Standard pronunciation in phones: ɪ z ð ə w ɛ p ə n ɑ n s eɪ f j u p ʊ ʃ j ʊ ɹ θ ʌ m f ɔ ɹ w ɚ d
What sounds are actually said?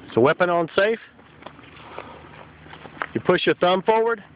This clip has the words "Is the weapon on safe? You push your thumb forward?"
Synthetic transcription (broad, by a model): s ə w ɛ p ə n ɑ n s eɪ f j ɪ p ʊ ʃ j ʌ ɹ θ ʌ m f ɔ ɹ w ɚ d